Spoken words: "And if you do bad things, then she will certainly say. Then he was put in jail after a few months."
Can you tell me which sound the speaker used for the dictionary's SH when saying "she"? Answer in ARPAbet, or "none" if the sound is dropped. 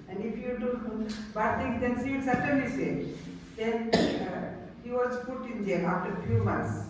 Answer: S